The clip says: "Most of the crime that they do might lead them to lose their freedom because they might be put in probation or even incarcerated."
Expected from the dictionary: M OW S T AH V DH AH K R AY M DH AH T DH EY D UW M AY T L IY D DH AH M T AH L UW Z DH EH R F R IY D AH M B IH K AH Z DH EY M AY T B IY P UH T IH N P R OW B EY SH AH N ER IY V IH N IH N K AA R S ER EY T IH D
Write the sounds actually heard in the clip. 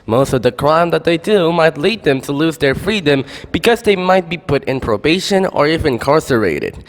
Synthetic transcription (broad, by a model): M OW S T AH V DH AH K R AY M DH AH T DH EY D UW M AY T L IY D DH AH M T AH L UW Z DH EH R F R IY D AH M B IH K AH Z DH EY M AY T B IY P UH T IH N P R OW B EY SH AH N ER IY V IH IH N K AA R S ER EY T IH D